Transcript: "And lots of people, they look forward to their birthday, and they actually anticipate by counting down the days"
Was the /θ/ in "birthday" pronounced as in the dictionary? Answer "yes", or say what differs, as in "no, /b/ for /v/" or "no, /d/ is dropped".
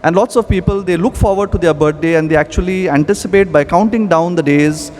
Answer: no, /t/ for /θ/